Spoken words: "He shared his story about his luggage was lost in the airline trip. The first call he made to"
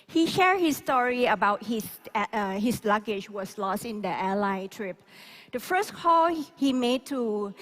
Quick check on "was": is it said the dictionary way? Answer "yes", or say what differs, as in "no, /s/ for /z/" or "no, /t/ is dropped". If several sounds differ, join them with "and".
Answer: no, /s/ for /z/